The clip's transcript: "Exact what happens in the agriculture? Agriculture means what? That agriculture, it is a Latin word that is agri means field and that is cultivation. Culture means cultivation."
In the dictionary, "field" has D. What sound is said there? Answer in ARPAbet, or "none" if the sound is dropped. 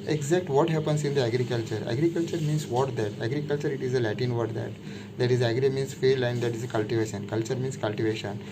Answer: none